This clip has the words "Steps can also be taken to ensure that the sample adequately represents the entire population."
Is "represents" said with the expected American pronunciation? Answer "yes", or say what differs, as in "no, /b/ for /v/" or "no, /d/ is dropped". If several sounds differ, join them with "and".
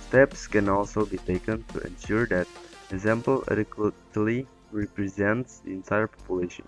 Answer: yes